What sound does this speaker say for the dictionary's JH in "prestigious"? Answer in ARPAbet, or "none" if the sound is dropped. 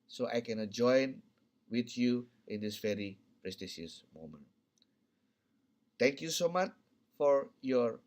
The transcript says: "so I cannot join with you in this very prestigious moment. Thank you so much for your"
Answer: SH